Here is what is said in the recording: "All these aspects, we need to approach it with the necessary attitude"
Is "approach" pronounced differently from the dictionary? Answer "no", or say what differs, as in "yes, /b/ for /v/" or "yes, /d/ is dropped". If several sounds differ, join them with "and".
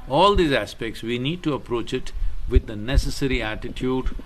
no